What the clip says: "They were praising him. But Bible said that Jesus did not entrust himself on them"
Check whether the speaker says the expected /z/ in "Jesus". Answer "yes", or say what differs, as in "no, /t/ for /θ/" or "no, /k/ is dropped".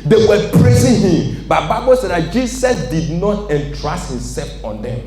no, /s/ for /z/